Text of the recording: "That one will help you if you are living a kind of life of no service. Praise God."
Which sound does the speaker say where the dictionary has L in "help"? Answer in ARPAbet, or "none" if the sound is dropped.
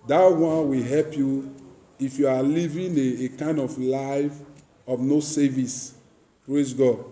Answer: L